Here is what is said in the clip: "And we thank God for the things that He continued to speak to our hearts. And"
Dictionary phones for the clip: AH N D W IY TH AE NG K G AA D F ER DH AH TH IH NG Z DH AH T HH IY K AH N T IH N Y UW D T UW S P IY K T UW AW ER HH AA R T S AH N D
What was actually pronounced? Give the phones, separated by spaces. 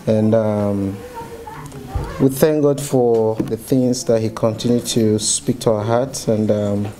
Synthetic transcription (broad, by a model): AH N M W IY TH AE NG K G AA D F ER DH AH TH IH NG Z DH AH T HH IY K AH N T IH N Y UW D T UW S P IY K T UW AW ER HH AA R T S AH N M